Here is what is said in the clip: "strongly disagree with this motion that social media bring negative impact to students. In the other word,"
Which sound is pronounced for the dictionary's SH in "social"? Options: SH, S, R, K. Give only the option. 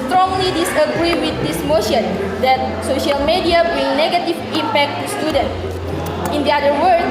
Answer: SH